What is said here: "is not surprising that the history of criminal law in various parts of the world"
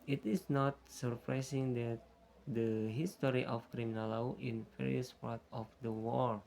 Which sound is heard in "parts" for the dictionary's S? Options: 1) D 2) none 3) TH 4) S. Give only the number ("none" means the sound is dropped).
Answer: 2